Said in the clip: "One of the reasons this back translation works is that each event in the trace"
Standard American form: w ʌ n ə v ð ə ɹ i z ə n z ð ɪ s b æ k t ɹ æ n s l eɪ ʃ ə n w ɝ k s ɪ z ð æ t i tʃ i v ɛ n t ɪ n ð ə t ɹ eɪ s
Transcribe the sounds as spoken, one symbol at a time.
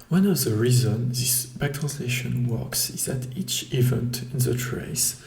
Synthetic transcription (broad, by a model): w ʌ n ə v ð ə ɹ i z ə n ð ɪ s b æ k t ɹ æ n s l eɪ ʃ ə n w ɝ k s ɪ z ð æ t i tʃ i v ɛ n t ɪ n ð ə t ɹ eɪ s